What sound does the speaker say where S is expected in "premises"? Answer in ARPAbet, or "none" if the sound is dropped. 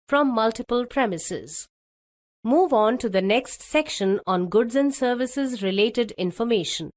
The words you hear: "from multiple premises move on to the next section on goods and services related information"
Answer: S